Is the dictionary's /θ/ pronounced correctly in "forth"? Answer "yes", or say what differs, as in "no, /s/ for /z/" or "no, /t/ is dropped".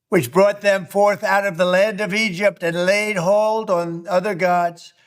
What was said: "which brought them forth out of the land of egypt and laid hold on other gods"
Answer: yes